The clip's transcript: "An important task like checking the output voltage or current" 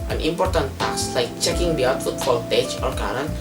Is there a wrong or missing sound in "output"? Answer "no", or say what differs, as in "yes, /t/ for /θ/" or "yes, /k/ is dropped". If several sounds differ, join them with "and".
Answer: yes, /f/ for /p/